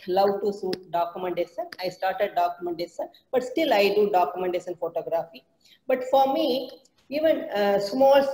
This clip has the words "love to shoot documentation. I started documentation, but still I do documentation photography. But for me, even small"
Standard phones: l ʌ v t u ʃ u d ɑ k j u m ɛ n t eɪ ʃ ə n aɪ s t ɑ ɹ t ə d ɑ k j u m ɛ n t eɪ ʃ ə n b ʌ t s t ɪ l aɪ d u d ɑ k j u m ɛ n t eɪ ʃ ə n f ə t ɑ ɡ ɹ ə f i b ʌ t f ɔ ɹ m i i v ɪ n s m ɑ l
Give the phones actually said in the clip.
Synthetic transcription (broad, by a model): l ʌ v t u s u d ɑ k j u m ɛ n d eɪ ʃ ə n aɪ s t ɑ ɹ t ə d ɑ k j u m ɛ n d eɪ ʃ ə n b ʌ t s t ɪ l aɪ d u d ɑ k j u m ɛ n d eɪ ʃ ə n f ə t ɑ ɡ ɹ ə f i b ʌ t f ɔ ɹ m i i v ɪ n s m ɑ l